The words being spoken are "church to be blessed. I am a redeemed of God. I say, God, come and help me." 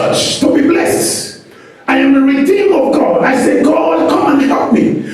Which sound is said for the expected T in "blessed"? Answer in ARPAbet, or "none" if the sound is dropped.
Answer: T